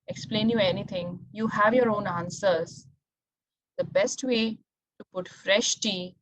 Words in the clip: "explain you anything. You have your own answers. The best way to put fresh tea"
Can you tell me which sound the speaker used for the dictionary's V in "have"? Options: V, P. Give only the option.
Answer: V